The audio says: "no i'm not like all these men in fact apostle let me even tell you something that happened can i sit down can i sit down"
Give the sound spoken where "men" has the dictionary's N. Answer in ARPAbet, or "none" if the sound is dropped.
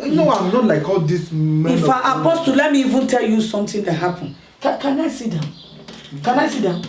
none